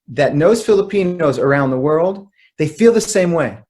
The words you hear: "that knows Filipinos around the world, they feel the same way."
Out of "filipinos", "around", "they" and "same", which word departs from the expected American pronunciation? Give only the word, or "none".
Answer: none